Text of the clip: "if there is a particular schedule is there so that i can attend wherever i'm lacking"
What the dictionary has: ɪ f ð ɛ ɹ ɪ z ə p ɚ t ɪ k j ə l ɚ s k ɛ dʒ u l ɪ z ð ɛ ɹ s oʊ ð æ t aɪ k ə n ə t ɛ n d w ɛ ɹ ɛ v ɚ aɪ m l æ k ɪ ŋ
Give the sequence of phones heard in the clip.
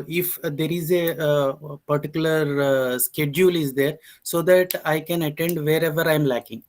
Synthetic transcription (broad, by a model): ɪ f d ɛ ɹ ɪ z ə p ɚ t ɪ k j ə l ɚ s k ɛ dʒ u l ɪ z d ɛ ɹ s oʊ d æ t aɪ k ə n ə t ɛ n d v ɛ ɹ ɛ v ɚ aɪ m l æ k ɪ ŋ